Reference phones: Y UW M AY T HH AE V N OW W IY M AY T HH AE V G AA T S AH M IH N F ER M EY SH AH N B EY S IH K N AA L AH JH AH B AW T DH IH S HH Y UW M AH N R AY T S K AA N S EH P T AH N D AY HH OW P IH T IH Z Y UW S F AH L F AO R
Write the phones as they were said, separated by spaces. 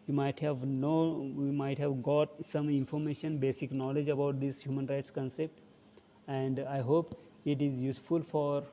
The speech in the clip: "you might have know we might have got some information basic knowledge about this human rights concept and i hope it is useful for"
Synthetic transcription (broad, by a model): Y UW M AY T HH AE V N OW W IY M AY T HH AE V G AA T S AH M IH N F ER M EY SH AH N B EY S IH K N AA L AH JH AH B AW T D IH S HH Y UW M AH N R AY T S K AA N S EH P T AH N D AY HH OW P IH T IH Z Y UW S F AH L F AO R